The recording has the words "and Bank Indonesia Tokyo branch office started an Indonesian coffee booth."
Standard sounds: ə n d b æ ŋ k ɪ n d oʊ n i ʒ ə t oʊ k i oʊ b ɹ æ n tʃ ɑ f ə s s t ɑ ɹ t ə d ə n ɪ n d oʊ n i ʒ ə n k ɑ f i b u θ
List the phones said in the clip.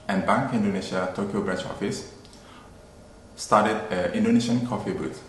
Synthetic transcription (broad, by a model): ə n b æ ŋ k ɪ n d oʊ n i ʃ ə t oʊ k i oʊ b ɹ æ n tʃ ɑ f ə s s t ɑ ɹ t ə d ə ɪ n d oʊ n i ʃ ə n k ɑ f i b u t